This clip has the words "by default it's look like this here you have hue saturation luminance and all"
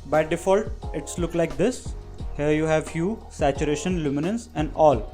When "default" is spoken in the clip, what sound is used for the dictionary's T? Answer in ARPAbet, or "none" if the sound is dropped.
T